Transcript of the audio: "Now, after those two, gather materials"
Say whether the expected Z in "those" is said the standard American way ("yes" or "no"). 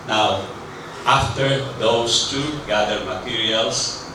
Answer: no